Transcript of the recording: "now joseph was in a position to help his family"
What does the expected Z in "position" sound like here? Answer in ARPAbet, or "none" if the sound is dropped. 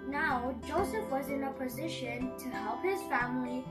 Z